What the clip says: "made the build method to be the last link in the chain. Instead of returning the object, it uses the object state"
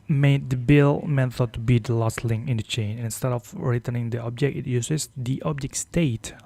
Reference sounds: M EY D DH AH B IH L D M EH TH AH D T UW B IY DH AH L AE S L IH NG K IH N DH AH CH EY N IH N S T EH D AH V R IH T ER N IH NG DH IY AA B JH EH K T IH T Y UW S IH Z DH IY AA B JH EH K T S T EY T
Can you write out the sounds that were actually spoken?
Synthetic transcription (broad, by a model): M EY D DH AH B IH L M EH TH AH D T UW B IY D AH L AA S L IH NG IH N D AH CH EY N IH N S T EH D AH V R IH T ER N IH NG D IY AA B JH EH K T IH T Y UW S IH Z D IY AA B JH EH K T S T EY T